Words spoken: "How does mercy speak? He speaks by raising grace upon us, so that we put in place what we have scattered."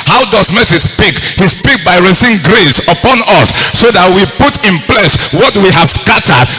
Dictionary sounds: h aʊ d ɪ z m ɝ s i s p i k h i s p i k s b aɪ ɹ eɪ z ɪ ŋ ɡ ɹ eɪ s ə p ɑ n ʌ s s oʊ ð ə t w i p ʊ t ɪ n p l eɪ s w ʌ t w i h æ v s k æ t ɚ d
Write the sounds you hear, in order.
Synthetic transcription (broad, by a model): h aʊ d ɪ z m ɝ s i s p i k h i s p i k b aɪ ɹ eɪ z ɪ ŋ ɡ ɹ eɪ s ə p ɑ n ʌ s s oʊ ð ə t w i p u t ɪ n p l eɪ s w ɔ t w i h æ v s k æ t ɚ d